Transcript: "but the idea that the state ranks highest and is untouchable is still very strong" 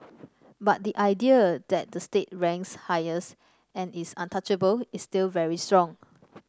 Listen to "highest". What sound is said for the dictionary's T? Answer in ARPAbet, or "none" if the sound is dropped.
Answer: none